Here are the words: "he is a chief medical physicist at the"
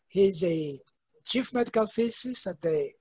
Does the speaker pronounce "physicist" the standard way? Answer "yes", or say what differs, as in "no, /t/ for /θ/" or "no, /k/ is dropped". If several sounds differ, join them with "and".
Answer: no, /t/ is dropped